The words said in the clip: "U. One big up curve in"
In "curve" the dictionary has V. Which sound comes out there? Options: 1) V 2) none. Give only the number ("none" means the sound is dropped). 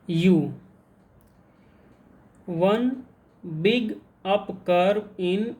2